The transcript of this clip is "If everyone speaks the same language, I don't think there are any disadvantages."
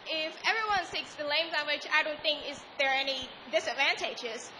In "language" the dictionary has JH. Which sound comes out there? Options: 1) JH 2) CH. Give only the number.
2